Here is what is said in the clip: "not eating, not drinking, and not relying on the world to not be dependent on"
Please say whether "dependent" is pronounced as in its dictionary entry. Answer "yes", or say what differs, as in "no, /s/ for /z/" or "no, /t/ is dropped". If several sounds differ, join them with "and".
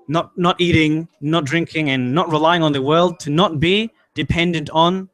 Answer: yes